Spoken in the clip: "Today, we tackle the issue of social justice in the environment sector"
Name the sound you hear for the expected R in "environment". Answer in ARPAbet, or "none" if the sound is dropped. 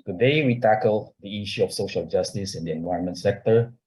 none